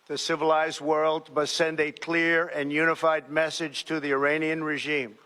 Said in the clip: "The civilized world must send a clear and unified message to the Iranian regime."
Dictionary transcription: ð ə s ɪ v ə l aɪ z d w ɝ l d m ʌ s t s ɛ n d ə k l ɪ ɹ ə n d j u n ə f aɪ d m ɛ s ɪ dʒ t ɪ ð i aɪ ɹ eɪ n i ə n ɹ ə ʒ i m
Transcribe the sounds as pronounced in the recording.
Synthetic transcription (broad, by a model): ð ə s ɪ v ə l aɪ z d w ɝ l d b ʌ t s ɛ n d ə k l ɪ ɹ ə n j u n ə f aɪ d m ɛ s ɪ dʒ t ɪ ð i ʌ ɹ eɪ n i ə n ɹ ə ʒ i m